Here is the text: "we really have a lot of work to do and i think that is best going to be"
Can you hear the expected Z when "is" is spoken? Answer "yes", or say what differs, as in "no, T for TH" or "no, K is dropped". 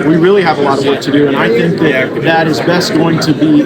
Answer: yes